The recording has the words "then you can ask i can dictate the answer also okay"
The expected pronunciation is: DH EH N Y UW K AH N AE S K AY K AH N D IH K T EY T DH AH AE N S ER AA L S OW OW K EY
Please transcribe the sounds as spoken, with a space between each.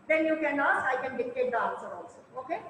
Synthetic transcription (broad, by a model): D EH N Y UW K AH N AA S AY K AH N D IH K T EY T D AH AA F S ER AA L S OW OW K EY